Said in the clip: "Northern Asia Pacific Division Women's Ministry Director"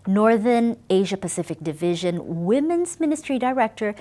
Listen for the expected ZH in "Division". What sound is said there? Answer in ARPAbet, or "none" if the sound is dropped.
ZH